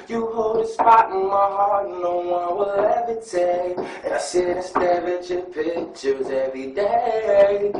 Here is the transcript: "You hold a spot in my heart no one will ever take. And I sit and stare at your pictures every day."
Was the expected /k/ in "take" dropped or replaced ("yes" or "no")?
yes